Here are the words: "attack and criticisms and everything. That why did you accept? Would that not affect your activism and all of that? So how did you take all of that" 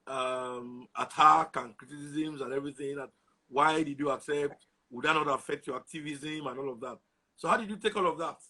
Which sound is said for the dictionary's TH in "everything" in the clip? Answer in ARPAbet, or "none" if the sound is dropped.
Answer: TH